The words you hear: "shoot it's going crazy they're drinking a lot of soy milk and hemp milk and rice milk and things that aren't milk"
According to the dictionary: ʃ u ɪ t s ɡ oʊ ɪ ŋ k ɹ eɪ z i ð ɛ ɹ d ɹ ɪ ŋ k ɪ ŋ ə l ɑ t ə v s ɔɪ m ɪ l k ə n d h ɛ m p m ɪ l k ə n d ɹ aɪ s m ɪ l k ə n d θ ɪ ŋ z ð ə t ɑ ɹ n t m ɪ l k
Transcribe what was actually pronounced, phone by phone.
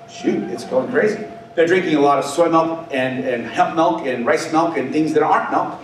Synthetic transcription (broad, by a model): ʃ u ɪ t s ɡ oʊ ɪ ŋ k ɹ eɪ z i ð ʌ ɹ d ɹ ɪ ŋ k ɪ ŋ ə l ɑ t ə v s ɔɪ m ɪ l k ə n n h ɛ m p m ɪ l k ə n ɹ aɪ s m ɪ l k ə n θ ɪ ŋ z ð ə t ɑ ɹ t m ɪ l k